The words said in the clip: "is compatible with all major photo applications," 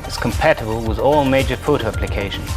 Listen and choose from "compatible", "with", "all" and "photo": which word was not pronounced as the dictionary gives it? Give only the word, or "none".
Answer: none